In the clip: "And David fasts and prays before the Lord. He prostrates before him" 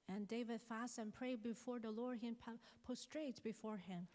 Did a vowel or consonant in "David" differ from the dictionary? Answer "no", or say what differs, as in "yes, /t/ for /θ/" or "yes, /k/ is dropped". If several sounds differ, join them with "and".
no